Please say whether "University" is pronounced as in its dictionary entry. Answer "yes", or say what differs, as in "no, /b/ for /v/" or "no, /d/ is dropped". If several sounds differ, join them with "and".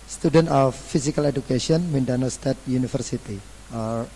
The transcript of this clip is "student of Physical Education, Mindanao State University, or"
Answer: no, /f/ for /v/